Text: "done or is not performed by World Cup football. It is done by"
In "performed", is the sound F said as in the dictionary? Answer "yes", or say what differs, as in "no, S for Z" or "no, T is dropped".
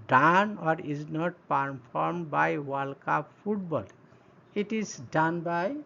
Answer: no, P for F